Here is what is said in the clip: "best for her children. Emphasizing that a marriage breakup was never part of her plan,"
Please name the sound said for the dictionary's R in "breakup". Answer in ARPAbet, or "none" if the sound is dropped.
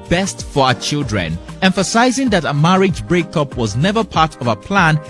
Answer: R